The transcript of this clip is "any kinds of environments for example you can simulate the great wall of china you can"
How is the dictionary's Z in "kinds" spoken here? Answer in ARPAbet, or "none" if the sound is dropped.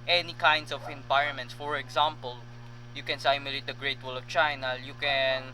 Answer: S